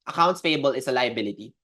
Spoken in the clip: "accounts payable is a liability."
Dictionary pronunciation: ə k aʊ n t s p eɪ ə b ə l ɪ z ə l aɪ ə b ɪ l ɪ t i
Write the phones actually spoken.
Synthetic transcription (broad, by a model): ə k aʊ n t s f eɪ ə b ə l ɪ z ə l aɪ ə b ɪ l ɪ t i